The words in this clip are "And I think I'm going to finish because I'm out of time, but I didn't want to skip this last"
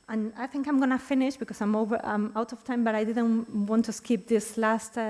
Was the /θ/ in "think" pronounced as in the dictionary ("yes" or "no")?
yes